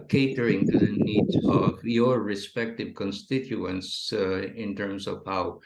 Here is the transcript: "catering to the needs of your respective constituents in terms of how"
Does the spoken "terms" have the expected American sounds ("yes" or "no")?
no